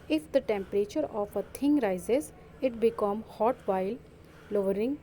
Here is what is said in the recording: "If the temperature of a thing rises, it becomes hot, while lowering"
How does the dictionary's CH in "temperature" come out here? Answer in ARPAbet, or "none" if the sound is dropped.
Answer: CH